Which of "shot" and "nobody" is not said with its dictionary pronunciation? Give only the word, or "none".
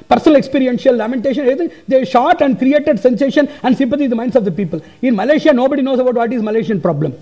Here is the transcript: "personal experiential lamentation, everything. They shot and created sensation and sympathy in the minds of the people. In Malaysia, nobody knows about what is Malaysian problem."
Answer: none